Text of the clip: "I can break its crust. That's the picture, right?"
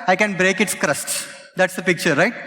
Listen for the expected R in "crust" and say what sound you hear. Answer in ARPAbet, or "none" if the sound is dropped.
R